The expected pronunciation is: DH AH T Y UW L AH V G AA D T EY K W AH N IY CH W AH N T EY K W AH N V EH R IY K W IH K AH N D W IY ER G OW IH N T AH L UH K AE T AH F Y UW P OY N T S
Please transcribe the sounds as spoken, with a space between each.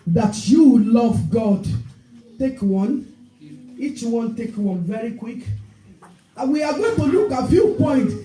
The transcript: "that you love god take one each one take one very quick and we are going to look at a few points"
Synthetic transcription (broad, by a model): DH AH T Y UW L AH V G AA D T EY K W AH N IY CH W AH N T EY K W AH N V EH R IY K W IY K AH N W IY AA G OW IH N T AH L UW K AH F Y UW P OY N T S